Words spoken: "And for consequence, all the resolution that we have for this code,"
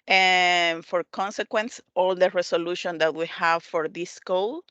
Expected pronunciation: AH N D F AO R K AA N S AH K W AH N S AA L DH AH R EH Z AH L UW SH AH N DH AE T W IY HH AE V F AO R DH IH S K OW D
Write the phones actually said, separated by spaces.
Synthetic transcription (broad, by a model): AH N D F AO R K AA N S AH K W AH N S AA L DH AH R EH S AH L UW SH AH N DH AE T W IY HH AE V F AO R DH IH S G OW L